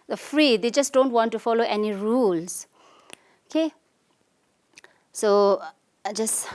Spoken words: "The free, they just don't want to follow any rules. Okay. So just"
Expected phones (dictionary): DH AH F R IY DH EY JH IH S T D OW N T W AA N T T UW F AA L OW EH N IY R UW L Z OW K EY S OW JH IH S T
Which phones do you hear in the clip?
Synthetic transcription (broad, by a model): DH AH F R IY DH EY JH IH S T D OW N T W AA N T T UW F AA L OW EH N IY R UW L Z OW K EY S OW JH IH S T